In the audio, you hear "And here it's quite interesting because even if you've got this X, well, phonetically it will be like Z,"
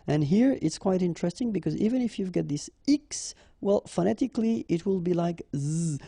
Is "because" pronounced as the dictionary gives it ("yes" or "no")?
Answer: yes